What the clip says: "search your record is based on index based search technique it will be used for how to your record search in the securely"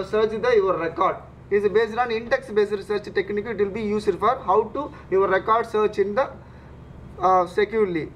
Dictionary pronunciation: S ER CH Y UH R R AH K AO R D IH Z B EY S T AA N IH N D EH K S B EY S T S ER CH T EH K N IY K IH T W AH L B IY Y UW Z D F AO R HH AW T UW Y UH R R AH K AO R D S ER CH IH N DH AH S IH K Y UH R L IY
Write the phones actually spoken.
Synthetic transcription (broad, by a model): S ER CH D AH R R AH K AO R D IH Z B EY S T AA N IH N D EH K S B EY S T S ER CH T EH K N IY K IH T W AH L B IY Y UW S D F AO R HH AW T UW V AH R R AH K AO R D S ER CH IH N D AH S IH K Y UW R L IY